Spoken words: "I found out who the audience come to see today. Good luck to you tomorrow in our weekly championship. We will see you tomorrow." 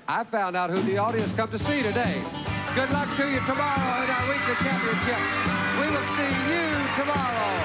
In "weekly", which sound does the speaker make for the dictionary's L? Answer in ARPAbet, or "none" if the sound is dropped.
none